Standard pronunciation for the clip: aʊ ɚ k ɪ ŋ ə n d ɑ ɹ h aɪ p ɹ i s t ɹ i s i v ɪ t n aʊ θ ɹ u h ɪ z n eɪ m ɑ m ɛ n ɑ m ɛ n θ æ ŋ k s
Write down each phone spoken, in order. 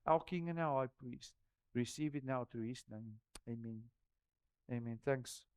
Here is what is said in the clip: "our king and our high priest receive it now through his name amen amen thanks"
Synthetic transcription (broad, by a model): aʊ k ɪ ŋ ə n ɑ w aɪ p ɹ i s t ɹ i s i v ɪ t n aʊ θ ɹ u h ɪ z n eɪ m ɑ m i n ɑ m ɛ n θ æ ŋ k s